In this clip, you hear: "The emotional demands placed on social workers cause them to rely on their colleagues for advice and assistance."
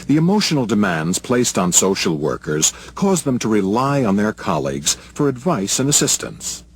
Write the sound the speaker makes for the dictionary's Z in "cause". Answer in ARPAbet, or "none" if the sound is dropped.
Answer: Z